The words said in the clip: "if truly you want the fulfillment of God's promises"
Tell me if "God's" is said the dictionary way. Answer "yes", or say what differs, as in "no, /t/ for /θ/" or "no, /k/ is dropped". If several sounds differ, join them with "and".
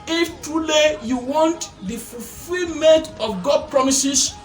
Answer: no, /z/ is dropped